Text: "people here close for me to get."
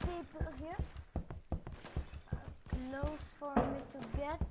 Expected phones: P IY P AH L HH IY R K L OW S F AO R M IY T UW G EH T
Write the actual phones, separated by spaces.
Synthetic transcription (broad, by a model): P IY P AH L HH IY R K L OW S F AO R M IY T UW G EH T